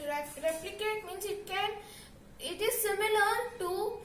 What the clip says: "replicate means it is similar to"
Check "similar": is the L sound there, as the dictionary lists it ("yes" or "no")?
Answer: yes